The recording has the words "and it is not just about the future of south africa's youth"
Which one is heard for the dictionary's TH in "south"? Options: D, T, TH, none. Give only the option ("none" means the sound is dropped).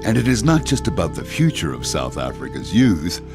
TH